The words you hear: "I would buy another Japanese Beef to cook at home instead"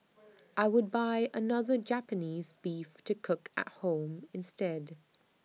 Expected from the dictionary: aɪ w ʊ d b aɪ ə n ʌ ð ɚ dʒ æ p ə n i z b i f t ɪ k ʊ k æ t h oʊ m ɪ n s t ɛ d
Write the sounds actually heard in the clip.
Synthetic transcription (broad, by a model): aɪ w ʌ d b aɪ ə n ʌ ð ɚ dʒ æ p ə n i z b i f t ɪ k ʊ k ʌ t h oʊ m ɪ n s t ɛ d